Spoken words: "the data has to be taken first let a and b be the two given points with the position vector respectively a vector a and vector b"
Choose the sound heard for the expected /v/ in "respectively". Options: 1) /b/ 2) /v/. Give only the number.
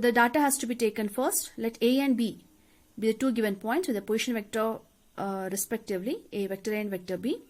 2